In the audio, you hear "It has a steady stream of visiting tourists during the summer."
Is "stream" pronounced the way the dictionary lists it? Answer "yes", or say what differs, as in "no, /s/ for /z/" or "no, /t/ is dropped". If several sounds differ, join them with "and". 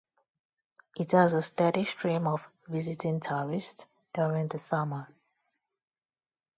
no, /ʃ/ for /s/